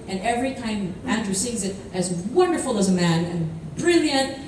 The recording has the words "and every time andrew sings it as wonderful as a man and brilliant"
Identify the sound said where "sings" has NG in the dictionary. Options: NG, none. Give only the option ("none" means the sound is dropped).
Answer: none